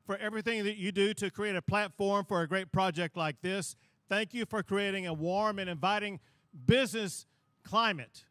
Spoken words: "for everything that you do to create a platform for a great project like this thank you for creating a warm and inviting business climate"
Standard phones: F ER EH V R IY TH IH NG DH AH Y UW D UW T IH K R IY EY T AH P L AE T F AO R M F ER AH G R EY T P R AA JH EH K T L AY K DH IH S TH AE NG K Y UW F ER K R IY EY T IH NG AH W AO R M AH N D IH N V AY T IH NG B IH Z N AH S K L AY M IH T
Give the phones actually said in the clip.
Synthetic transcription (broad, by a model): F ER EH V R IY TH IH NG DH AH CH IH D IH T IH K R IY EY T AH P L AE T F AO R M F ER AH G R EY T P R AA JH EH K T L AY K DH IH S TH AE NG K Y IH F ER K R IY EY T IH NG AH W AO R M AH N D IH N V AY T IH NG B IH Z N AH S K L AY M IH T